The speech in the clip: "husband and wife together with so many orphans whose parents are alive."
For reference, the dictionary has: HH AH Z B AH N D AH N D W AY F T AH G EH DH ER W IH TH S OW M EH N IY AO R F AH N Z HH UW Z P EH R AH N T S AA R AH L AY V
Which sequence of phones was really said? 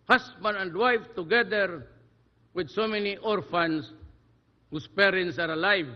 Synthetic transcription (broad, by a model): HH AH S B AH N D AH N D W AY F T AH G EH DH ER W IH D S OW M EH N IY AO R F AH N S HH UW S P EH R AH N T S AA R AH L AY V